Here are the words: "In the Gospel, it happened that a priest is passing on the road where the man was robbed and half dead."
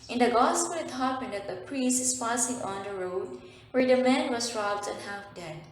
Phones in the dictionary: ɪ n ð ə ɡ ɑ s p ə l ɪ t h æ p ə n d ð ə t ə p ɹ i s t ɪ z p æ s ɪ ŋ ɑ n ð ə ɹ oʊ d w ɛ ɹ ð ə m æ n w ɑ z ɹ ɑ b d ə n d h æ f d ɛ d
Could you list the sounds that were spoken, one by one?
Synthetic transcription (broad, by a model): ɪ n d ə ɡ ɑ s p ə l ɪ t h æ p ə n d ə t ə p ɹ i s t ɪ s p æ s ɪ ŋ ɑ n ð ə ɹ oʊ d w ɛ ɹ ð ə m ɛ n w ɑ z ɹ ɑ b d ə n h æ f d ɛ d